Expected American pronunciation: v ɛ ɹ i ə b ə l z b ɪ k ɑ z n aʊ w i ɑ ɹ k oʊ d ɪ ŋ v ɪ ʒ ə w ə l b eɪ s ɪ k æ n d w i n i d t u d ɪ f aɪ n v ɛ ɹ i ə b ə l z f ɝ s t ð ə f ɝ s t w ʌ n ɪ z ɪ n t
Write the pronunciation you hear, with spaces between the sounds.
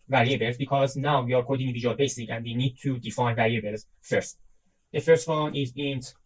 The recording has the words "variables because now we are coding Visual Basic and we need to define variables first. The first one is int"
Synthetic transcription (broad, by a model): v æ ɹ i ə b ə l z b ɪ k ɑ z n aʊ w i ɑ ɹ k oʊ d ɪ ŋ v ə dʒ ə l b eɪ s ɪ k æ n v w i n i d t u d ɪ f aɪ n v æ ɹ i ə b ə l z f ɝ s t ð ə f ɝ s t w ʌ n ɪ z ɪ n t